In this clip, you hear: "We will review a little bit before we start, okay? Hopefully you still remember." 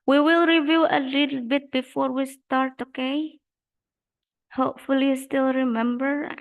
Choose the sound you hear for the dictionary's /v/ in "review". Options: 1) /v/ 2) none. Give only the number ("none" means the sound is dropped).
1